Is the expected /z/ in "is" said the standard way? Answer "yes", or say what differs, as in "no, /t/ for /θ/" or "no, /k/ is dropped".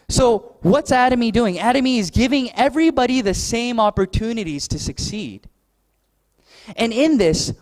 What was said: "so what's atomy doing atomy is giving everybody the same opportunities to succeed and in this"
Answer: yes